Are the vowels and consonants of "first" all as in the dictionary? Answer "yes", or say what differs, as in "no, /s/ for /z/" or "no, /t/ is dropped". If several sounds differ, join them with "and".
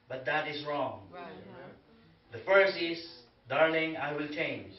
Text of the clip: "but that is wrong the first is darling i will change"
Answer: no, /t/ is dropped